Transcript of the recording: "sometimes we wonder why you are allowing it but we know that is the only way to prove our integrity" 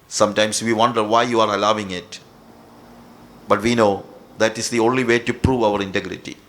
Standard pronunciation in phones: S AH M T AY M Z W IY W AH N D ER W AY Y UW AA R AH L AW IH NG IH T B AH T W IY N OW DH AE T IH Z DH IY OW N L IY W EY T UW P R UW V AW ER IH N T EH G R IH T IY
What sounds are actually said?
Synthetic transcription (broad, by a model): S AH M T AY M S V IY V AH N D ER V AY Y UW AA R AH L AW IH NG IH T B AH T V IY N OW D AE T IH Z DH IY OW N L IY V EY T UW P R UW V AW ER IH N T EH G R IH T IY